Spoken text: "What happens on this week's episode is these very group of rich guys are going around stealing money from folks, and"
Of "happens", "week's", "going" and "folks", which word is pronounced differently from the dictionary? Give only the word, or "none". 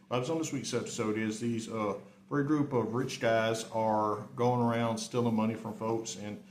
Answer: happens